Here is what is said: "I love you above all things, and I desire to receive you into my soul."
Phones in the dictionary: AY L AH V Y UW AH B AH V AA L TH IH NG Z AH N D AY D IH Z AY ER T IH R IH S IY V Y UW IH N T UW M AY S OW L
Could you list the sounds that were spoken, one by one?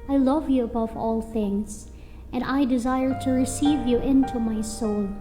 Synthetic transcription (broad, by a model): AY L AH V Y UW AH B AH V AA L TH IH NG Z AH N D AY D IH Z AY ER T IH R IH S IY V Y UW IH N T UW M AY S OW L